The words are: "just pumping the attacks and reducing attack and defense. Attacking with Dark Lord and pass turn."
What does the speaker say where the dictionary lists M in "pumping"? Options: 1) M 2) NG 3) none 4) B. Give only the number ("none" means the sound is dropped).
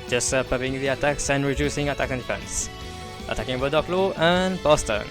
3